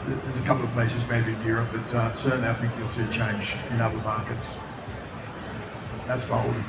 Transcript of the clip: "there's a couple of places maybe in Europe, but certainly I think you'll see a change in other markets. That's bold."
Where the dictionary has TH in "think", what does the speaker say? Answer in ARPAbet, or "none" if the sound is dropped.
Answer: TH